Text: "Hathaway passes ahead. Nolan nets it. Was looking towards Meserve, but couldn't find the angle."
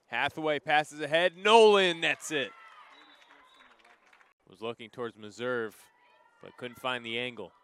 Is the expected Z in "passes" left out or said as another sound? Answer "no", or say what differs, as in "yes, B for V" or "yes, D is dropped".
no